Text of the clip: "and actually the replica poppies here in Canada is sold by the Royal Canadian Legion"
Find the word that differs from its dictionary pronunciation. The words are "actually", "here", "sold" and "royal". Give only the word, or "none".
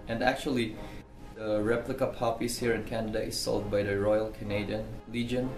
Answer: none